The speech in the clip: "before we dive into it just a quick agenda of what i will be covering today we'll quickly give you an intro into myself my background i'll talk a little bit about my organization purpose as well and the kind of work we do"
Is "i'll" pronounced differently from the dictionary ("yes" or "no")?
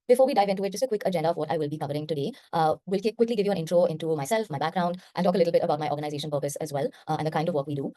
yes